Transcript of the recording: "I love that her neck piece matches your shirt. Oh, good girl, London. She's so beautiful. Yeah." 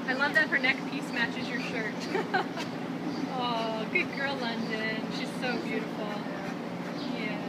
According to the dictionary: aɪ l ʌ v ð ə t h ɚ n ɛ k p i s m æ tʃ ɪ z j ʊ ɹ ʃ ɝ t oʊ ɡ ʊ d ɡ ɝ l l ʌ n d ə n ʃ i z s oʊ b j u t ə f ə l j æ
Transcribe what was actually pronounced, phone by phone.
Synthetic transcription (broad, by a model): aɪ l ʌ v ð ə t h ɚ n ɛ k p i s m æ tʃ ɪ z j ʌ ɹ ʃ ɝ t oʊ ɡ ʊ d ɡ ɝ l l ʌ n d ə n ʃ i z s oʊ b j u t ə f l j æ